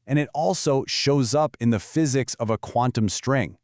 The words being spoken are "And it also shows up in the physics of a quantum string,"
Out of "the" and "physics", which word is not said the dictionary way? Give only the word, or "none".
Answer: none